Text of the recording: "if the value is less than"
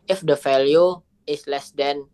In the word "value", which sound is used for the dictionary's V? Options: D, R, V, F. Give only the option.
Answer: F